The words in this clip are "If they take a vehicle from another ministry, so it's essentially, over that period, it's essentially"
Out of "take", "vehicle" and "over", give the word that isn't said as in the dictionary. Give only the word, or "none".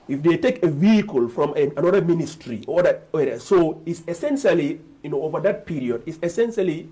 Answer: none